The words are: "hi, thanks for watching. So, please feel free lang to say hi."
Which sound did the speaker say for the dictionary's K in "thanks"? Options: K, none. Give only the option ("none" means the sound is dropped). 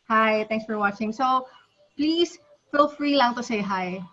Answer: none